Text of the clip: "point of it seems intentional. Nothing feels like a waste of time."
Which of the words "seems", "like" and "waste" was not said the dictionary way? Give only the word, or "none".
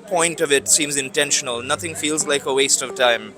none